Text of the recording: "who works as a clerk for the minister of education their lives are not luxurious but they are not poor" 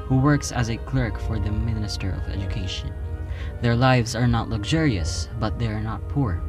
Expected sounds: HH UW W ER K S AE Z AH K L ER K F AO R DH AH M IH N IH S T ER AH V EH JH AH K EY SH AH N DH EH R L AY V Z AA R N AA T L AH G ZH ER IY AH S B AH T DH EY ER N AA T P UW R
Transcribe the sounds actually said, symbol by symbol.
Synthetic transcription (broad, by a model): HH UW W ER K S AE Z AH K L ER K F AO R DH AH M IH N IH S T ER AH V EH JH AH K EY SH AH N DH EH R L AY V Z AA R N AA T L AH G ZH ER IY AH S B AH T DH EY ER N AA T P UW R